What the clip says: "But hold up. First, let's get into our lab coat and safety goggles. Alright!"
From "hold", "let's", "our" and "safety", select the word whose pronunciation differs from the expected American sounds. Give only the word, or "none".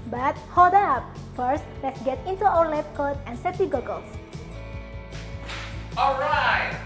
safety